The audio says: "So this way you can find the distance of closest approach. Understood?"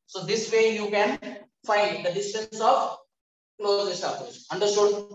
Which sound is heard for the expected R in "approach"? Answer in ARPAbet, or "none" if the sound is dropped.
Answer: none